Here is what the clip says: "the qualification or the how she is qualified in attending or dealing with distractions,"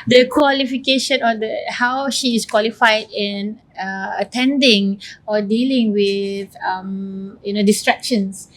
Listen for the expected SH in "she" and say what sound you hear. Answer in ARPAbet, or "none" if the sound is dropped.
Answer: SH